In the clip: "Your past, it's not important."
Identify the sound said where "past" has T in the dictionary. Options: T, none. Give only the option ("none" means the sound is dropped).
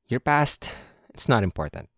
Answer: T